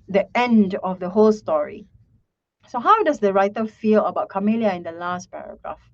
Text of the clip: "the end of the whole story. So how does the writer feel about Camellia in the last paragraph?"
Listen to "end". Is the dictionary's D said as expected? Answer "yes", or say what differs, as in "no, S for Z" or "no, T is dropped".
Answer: yes